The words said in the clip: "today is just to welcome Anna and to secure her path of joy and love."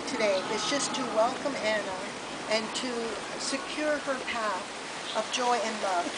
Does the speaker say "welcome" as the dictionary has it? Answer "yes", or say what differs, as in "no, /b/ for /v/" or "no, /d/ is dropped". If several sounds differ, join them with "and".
yes